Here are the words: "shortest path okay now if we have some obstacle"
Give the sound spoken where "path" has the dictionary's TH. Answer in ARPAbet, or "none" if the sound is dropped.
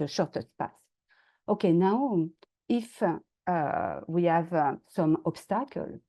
S